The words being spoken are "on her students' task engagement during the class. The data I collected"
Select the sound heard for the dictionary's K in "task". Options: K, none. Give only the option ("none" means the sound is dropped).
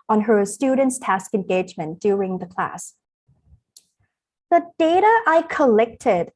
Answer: K